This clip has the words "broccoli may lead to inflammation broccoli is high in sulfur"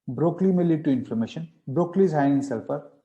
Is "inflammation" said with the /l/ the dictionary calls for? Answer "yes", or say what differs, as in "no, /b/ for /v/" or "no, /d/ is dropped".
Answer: no, /l/ is dropped